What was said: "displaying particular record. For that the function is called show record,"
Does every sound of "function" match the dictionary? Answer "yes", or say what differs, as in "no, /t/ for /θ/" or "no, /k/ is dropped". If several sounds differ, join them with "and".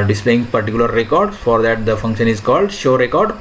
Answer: yes